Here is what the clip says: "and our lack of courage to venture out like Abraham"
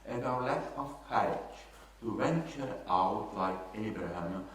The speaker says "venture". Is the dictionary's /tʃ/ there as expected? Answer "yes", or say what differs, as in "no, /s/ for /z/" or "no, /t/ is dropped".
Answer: yes